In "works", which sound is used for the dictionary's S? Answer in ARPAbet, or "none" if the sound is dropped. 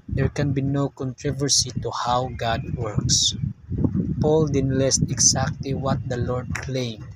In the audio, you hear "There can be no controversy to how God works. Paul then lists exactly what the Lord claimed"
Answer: S